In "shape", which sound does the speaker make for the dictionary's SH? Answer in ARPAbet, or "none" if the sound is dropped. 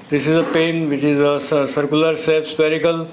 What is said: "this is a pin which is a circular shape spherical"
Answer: S